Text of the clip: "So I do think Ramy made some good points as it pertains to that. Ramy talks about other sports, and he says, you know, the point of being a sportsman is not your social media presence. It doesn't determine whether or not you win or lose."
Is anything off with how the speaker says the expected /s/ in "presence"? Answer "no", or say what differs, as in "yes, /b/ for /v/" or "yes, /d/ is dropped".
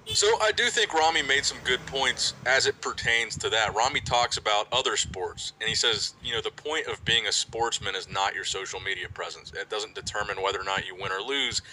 no